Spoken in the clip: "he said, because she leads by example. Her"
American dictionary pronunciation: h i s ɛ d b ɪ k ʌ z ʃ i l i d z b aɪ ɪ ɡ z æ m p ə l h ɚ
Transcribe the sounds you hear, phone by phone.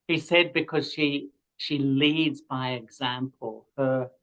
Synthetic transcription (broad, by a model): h i s ɛ d b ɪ k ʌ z ʃ i l i d z b aɪ ɪ ɡ z æ m p ə l h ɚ